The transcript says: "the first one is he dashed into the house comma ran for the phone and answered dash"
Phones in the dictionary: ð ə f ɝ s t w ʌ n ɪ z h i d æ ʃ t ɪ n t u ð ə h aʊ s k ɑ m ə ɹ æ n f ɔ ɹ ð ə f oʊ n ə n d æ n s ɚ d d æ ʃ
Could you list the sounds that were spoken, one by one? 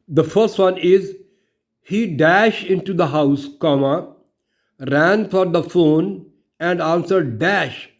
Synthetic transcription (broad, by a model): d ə f ɝ s t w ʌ n ɪ z h i d æ ʃ t ɪ n t u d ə h aʊ s k ɑ m ə ɹ æ n f ɔ ɹ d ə f oʊ n ə n d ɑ n s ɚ d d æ ʃ